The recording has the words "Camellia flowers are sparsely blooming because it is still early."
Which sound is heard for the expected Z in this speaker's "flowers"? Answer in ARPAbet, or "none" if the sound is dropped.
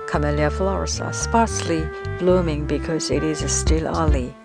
S